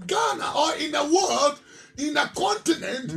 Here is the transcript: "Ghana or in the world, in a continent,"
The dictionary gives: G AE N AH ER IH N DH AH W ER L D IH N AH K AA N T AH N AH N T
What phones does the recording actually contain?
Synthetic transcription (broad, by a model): G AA N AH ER IH N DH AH W ER L D IH N AH K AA N T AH N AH N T